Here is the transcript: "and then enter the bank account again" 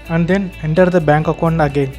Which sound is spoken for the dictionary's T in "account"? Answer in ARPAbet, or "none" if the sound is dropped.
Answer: none